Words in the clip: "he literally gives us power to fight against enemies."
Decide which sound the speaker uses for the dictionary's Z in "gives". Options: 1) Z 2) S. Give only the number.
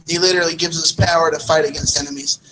1